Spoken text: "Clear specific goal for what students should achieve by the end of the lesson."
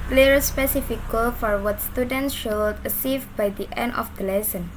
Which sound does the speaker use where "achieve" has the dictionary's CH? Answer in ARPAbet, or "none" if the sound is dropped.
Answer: S